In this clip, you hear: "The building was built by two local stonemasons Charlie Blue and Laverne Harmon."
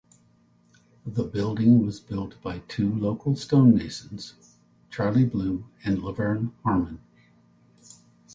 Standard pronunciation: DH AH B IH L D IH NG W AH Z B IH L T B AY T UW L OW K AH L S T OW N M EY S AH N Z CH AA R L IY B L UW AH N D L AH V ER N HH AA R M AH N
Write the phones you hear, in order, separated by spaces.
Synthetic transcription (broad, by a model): DH AH B IH L D IH NG W AH Z B IH L T B AY T UW L OW K L S T OW N EY SH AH N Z CH AA R L IY B L UW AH N L AH V ER N HH AA R M AH N